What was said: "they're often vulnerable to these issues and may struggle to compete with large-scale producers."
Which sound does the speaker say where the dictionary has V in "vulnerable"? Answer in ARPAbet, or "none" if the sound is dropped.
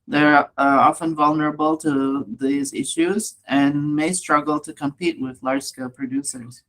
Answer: V